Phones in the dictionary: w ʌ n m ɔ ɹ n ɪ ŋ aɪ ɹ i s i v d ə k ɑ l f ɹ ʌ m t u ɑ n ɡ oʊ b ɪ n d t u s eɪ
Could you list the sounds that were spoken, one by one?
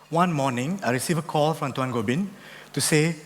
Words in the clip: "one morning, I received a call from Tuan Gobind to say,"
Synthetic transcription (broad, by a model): w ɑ n m ɔ n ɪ ŋ aɪ ɹ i s i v ə k ɑ l f ɹ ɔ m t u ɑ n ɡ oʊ b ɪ n t u s eɪ